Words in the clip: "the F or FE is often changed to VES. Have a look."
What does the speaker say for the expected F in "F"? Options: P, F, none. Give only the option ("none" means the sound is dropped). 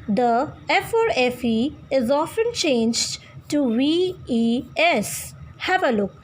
F